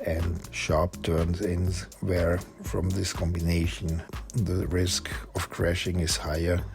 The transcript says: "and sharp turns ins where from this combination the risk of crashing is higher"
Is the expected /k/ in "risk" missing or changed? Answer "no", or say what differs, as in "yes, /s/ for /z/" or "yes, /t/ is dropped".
no